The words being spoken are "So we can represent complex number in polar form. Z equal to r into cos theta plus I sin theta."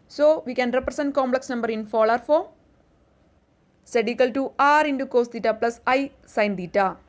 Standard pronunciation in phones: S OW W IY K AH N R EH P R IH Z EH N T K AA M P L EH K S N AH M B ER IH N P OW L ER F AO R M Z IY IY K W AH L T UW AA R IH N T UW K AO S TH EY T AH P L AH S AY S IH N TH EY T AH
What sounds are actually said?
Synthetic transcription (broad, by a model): S OW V IY K AH N R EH P R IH S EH N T K AA M P L EH K S N AH M B ER IH N F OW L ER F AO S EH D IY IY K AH L T UW AA R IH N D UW K AO S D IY T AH P L AH S AY S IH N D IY T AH